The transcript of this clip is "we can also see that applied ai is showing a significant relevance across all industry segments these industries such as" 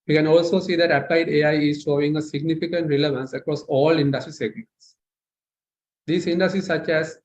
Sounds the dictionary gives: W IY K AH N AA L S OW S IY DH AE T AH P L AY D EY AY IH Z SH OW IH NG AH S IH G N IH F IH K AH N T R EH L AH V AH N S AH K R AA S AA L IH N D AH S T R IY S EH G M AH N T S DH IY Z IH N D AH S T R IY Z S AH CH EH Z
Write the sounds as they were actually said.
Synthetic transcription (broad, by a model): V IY K AH N AA L S OW S IY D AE T AH P L AY D EY AY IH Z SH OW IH NG AH S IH G N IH F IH K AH N T R EH L AH V AH N S AH K R AA S AA L IH N D AH S T R IY S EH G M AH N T S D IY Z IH N D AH S T R IY S AH CH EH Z